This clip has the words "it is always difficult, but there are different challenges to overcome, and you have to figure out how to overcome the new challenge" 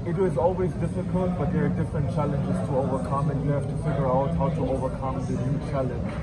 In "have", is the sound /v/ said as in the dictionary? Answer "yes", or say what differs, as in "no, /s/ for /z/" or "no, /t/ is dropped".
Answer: no, /f/ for /v/